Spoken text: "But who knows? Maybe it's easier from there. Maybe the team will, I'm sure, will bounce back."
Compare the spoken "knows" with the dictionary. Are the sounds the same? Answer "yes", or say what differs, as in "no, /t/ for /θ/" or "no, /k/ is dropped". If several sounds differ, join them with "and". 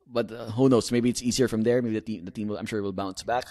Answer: no, /s/ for /z/